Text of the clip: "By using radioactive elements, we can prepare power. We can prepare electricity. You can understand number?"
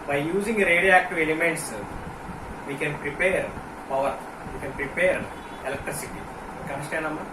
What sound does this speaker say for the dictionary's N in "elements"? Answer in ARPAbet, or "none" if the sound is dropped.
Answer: N